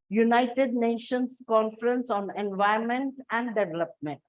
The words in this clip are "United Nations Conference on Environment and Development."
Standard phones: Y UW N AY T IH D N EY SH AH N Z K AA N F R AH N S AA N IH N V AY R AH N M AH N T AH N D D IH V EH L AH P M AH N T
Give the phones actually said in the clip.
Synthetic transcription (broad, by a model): Y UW N AY T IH D N EY SH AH N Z K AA N F R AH N S AA N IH N V AY AH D M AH N T AH N D D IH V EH L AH P M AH N T